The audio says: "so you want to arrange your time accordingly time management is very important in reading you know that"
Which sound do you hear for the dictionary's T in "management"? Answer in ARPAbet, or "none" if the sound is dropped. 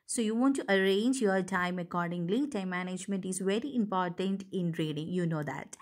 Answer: T